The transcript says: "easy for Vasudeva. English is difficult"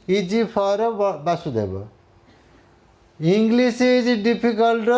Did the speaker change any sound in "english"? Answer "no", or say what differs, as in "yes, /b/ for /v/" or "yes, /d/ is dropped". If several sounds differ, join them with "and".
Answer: yes, /s/ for /ʃ/